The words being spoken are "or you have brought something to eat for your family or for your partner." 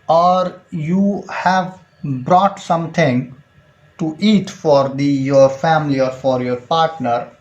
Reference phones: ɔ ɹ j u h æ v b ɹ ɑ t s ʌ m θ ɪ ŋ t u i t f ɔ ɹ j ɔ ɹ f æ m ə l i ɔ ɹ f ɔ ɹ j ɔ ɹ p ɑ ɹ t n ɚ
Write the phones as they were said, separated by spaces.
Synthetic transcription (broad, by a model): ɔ ɹ j u h æ v b ɹ ɑ t s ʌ m t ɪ ŋ t u i t f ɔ ɹ j ɔ ɹ f æ m ə l i ɔ ɹ f ɔ ɹ j ɔ ɹ p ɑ ɹ t n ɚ